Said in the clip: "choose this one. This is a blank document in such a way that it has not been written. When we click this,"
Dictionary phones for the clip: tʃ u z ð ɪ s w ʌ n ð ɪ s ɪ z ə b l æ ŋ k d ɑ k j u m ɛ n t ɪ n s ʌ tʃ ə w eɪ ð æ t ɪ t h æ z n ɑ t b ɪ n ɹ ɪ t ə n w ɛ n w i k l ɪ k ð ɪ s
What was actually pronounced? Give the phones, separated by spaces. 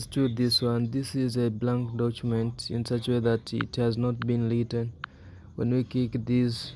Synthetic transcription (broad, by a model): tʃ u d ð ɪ s w ʌ n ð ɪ s ɪ z ə b l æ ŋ k d ɑ k j u m ɛ n t ɪ n s ʌ tʃ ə w eɪ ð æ t ɪ t h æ z n ɑ t b ɪ n l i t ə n w ɛ n w i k ɪ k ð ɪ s